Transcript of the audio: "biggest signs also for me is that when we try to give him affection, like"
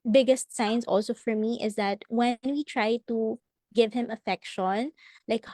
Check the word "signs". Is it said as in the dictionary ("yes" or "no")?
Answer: no